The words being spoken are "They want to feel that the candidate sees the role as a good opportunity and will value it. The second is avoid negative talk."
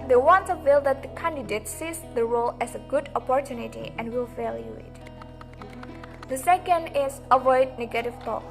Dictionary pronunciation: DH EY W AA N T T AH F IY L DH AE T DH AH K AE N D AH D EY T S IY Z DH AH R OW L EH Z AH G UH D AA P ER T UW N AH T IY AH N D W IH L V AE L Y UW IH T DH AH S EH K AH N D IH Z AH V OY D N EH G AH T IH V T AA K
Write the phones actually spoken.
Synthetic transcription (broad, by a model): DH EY W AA N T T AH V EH L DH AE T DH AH K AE N D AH D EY T S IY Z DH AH R OW L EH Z AH G UH D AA P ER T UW N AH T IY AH N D W IH L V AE L Y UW IH T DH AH S EH K AH N D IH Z AH V OY D N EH G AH T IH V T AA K